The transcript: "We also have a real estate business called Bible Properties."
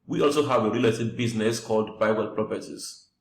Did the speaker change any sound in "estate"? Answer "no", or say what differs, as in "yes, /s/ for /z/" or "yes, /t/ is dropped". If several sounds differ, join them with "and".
yes, /s/ is dropped